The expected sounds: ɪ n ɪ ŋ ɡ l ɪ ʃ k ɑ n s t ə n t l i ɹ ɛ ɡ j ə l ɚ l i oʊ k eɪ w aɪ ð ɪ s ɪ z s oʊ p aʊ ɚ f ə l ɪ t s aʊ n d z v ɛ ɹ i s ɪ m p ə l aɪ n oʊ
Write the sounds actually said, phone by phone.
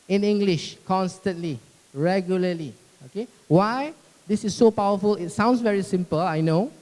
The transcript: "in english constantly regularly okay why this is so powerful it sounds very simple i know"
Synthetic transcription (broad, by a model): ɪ n ɪ ŋ ɡ l ɪ ʃ k ɑ n s t ə n t l i ɹ ɛ ɡ j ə l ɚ l i oʊ k eɪ w aɪ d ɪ s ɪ s oʊ p aʊ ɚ f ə l ɪ t s aʊ n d s v ɛ ɹ i s ɪ m p ə l aɪ n oʊ